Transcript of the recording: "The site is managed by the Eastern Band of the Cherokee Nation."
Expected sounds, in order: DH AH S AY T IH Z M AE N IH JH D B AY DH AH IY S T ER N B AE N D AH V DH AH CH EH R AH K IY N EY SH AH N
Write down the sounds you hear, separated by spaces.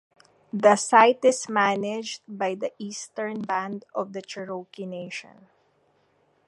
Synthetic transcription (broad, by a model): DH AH S AY T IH S M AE N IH JH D B AY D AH IY S T ER N B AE N D AH V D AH CH EH R AH K IY N EY SH AH N